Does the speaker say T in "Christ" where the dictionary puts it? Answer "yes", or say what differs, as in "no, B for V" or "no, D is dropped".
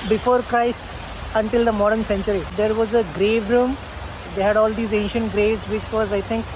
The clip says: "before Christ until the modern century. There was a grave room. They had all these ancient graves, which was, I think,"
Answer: no, T is dropped